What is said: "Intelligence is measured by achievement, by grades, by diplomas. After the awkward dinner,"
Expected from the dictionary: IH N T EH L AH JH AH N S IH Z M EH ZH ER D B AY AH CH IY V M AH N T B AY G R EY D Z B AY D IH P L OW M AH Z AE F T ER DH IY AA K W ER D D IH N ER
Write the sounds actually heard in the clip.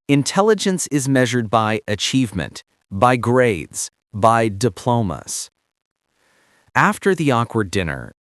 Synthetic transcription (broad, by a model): IH N T EH L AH JH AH N S IH Z M EH ZH ER D B AY AH CH IY V M AH N T B AY G R EY D Z B AY D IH P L OW M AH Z AE F T ER DH IY AA K W ER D D IH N ER